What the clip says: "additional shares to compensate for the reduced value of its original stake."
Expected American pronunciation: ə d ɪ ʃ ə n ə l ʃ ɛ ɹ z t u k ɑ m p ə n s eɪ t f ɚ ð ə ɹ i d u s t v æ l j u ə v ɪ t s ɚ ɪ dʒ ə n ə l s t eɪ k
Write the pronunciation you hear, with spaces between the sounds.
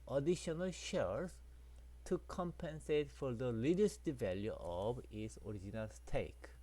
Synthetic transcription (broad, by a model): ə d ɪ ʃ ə n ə l ʃ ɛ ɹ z t u k ɑ m p ə n s eɪ t f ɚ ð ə l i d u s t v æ l j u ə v ɪ t s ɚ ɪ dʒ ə n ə l s t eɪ k